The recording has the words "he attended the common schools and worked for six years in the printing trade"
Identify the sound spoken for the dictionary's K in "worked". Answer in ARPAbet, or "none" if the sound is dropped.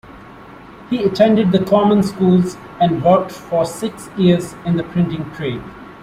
none